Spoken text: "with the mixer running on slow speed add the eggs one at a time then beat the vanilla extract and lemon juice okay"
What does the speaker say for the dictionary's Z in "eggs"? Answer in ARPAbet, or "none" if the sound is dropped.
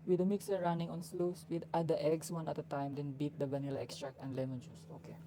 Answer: S